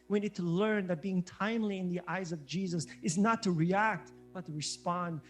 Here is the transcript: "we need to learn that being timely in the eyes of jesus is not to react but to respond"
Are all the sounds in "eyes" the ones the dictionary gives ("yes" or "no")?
yes